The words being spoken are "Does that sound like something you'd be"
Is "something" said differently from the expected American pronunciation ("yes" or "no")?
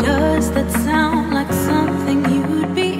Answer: no